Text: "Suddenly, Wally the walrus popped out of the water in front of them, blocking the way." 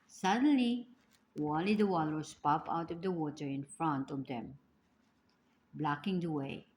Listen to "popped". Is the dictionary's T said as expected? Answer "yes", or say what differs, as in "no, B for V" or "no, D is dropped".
no, T is dropped